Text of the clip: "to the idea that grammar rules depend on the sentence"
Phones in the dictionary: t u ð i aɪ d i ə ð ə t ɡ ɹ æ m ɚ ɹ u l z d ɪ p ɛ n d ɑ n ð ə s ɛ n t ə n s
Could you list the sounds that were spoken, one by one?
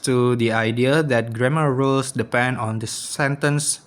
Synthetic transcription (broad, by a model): t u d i aɪ d i ə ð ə t ɡ ɹ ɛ m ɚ ɹ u l s d ɪ p ɛ n d ɑ n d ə s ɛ n t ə n s